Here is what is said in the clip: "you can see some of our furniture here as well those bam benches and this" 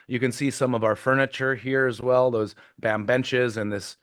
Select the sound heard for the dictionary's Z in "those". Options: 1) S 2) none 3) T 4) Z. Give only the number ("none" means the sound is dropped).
4